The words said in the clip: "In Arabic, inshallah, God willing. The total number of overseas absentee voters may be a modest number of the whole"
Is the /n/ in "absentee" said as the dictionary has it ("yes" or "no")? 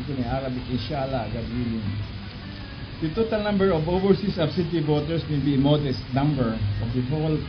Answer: no